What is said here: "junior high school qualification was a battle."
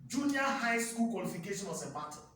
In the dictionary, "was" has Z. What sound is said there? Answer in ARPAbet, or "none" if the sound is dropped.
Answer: S